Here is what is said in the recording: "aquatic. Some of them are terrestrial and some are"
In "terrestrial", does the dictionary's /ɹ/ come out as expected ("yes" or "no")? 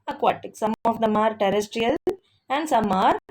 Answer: yes